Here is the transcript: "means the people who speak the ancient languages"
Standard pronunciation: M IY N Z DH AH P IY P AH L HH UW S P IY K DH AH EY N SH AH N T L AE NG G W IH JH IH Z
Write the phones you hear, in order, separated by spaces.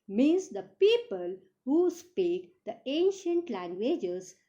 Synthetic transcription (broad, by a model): M IY N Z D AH P IY P AH L HH UW S P IY K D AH EY N SH AH N T L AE NG G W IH JH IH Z